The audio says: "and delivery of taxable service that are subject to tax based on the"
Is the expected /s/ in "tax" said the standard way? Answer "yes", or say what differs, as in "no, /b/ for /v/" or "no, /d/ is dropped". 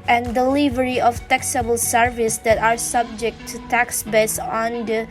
yes